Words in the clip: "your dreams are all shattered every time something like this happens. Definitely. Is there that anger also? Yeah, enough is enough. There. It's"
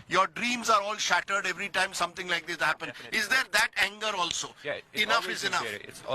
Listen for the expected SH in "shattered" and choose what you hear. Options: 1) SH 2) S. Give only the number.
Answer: 1